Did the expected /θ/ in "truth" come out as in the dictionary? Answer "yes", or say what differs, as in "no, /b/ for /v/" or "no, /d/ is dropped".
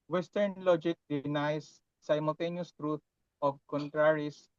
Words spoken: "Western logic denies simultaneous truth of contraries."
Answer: no, /t/ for /θ/